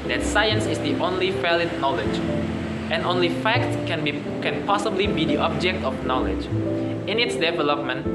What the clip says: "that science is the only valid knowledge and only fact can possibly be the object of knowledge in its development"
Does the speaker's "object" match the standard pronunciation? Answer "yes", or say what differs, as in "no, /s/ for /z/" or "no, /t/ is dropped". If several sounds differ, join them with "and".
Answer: yes